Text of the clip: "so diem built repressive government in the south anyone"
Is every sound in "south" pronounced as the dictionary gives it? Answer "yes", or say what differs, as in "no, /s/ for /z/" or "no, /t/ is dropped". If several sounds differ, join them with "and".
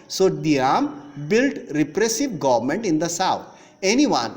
no, /t/ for /θ/